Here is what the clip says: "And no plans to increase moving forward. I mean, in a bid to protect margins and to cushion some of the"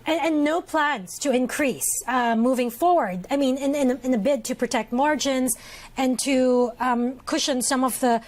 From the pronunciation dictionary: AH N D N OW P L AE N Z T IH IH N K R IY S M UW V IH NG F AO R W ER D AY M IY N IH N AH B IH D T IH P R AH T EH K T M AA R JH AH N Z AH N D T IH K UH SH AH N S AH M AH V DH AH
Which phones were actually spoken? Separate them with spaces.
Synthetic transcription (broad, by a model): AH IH N OW P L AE N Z T IH IH N K R IY S M UW V IH NG F AO R W ER D AY M IY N IH N AH B IH D T IH P R AH T EH K T M AA R JH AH N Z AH N T IH K UH SH AH N S AH M AH V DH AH